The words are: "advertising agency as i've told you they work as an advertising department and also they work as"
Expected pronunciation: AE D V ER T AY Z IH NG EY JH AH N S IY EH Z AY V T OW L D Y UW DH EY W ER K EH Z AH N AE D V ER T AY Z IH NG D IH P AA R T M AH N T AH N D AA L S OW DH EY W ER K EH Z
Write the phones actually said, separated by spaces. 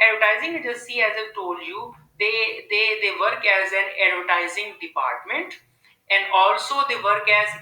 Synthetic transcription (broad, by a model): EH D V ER T AY Z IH NG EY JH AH S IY EH Z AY T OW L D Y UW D EY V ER K EH Z AH N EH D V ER T AY Z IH NG D IH P AA R T M AH N T AH N D AA L S OW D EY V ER K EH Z